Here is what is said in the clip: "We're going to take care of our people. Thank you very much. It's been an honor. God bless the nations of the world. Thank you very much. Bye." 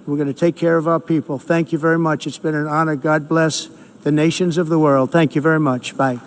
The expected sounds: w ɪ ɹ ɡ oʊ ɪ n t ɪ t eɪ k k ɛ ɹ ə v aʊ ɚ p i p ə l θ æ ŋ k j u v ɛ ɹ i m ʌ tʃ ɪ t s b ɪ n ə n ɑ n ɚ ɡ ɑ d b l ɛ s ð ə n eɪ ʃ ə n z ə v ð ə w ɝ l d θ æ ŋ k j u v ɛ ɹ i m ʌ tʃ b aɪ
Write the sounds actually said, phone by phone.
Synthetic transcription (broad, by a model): w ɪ ɹ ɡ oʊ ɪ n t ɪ t eɪ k k ɛ ɹ ə v aʊ ɚ p i p l θ æ ŋ k j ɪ v ɛ ɹ i m ʌ tʃ ɪ t s b ɪ n ə n ɑ n ɚ ɡ ɑ d b l ɛ s ð ə n eɪ ʃ ə n z ə v ð ə w ɝ l d θ æ ŋ k j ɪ v ɛ ɹ i m ʌ tʃ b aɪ